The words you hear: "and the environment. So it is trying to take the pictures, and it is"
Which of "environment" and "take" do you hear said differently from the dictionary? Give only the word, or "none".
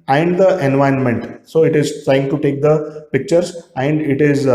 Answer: environment